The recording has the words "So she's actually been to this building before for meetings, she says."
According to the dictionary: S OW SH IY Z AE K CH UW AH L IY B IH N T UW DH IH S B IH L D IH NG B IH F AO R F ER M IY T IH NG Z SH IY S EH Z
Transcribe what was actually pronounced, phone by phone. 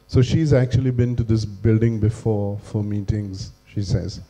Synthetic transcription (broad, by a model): S OW SH IY Z AE K CH UW AH L IY B IH N T UW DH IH S B IH L D IH NG B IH F AO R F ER M IY T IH NG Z SH IY S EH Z